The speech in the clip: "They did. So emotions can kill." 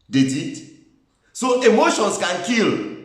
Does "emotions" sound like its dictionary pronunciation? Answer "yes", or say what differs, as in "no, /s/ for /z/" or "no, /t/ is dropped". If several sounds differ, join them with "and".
no, /s/ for /z/